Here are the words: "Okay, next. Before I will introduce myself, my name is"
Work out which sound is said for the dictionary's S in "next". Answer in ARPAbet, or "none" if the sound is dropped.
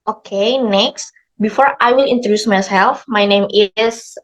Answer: S